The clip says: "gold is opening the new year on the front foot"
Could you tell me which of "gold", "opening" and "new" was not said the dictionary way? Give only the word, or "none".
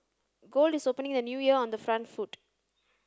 none